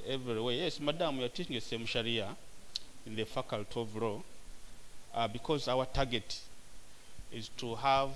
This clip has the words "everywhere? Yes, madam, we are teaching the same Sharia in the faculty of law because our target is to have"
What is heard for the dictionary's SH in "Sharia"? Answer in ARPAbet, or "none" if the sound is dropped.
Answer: SH